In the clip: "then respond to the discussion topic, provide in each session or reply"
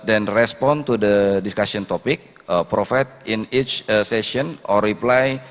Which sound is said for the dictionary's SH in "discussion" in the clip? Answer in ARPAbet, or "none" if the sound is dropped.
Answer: S